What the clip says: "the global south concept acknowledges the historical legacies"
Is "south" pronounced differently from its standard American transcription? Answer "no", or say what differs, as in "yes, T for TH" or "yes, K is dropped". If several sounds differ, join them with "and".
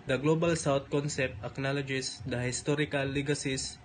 yes, T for TH